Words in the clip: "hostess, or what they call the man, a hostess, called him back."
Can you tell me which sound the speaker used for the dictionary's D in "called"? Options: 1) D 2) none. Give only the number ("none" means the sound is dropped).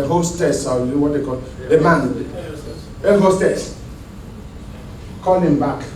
2